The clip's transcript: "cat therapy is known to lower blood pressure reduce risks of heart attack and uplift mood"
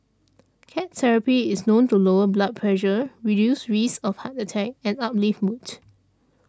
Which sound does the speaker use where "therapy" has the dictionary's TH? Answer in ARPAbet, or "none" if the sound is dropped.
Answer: S